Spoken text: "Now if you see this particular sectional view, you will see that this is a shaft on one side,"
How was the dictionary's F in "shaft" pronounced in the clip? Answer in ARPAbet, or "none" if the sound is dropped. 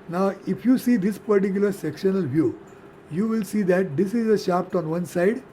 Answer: P